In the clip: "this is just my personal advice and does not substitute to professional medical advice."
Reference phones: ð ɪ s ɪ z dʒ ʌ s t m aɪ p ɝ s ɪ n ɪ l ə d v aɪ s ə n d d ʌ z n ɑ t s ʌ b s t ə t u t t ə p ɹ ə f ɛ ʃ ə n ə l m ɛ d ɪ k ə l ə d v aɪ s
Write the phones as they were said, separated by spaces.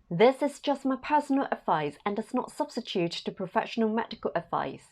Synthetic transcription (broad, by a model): ð ɪ s ɪ z dʒ ʌ s t m aɪ p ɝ s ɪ n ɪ l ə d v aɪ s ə n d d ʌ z n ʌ t s ʌ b s t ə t u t t ə p ɹ ə f ɛ ʃ ə n ə l m ɛ d ɪ k ə l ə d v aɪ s